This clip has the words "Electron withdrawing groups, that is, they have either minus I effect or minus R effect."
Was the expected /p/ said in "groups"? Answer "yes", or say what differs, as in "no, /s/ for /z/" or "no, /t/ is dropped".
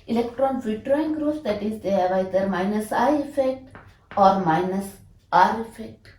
no, /p/ is dropped